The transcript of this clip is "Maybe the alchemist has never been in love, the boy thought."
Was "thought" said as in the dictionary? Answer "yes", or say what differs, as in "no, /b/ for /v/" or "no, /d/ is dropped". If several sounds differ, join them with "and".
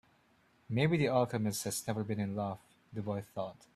yes